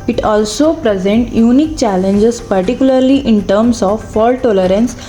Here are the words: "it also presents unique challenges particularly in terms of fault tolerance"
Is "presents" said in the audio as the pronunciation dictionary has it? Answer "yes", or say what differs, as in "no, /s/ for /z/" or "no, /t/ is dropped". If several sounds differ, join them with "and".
no, /s/ is dropped